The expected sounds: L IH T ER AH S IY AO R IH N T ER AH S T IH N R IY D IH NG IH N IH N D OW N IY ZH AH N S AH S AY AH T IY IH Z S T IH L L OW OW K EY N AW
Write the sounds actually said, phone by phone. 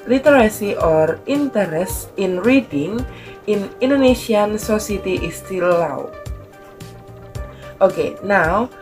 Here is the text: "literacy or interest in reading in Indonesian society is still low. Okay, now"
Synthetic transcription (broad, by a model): L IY T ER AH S IY AO R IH N T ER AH S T IH N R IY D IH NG IH N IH N D OW N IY SH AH N S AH S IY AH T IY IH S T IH L W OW OW K EY N AW